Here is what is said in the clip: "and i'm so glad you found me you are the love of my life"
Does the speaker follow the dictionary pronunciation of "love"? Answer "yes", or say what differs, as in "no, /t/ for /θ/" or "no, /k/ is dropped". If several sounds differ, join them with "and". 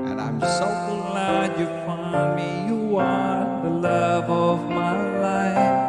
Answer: yes